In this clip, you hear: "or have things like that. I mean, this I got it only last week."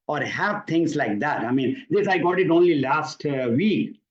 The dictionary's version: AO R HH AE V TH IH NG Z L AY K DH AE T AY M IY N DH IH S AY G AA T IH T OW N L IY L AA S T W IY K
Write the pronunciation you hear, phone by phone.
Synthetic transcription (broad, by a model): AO R HH AE V T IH NG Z L AY K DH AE T AY M IY N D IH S AY G AA T IH T OW N L IY L AA S T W IY K